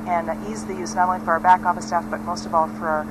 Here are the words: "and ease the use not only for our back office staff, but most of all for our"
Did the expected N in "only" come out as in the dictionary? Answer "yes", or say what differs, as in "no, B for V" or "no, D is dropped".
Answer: no, N is dropped